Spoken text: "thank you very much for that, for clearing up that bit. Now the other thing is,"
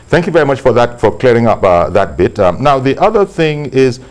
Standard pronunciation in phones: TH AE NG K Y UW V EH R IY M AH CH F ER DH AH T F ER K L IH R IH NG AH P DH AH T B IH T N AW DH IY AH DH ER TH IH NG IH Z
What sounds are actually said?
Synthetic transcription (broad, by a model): TH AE NG K Y UW V EH R IY M AH CH F ER DH AH T F ER K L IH R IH NG AH P DH AH T B IH T N AW DH IY AH DH ER TH IH NG IH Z